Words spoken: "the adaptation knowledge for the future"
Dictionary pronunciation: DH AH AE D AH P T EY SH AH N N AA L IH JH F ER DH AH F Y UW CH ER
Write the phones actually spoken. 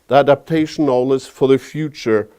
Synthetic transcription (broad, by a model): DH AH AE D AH P T EY SH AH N N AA L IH Z F ER DH AH F Y UW CH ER